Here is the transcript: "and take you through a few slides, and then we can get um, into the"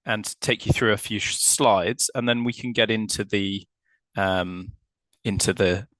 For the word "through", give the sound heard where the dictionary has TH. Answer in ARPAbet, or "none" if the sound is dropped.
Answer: TH